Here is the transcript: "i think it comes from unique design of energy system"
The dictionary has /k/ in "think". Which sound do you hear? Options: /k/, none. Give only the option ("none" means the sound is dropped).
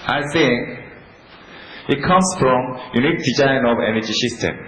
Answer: none